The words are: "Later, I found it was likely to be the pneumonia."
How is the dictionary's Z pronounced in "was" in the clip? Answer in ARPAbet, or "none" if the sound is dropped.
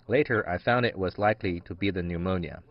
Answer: Z